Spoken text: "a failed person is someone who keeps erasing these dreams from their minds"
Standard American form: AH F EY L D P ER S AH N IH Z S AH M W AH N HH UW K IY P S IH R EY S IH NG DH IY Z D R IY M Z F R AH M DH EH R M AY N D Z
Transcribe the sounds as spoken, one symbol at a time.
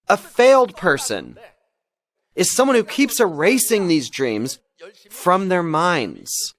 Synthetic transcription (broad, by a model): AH F EY L D P ER S AH N IH Z S AH M W AH N HH UW K IY P S IH R EY S IH NG DH IY Z D R IY M Z F R AH M DH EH R M AY N D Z